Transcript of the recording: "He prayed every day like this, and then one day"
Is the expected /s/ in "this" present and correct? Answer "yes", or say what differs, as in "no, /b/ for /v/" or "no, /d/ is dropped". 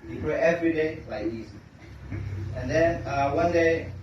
no, /s/ is dropped